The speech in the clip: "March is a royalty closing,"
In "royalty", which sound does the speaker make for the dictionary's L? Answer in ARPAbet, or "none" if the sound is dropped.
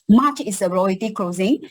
none